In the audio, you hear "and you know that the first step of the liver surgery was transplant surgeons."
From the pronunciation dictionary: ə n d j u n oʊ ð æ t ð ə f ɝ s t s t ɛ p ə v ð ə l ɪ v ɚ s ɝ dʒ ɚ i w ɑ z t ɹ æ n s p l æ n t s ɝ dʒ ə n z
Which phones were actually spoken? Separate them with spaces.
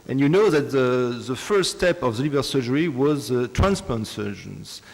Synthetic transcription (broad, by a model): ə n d j u n oʊ ð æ t ð ə f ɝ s s t ɛ p ə v ð ə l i b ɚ s ɝ dʒ ɚ i w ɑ z t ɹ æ n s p ɔ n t s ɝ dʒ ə n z